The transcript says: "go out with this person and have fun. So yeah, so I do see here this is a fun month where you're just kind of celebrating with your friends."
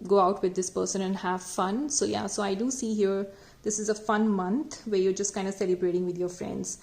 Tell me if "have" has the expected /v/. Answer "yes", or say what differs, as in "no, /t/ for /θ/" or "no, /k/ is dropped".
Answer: yes